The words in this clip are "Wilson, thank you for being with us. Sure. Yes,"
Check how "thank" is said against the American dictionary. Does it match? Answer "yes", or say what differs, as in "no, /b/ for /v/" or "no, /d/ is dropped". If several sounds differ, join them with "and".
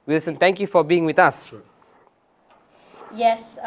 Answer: no, /t/ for /θ/